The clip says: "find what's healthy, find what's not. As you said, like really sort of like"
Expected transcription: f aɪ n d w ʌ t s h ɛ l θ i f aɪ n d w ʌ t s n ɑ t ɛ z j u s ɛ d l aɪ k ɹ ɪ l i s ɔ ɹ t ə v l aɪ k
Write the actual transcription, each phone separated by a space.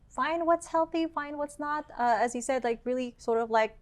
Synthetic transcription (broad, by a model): f aɪ n d w ʌ t s h ɛ l θ i f aɪ n d w ʌ t s n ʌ t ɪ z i s ɛ d l aɪ k ɹ ɪ l i s ɔ ɹ t ə v l aɪ k